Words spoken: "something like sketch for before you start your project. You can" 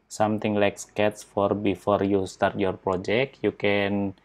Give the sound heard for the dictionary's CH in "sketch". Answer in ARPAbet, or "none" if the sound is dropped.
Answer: S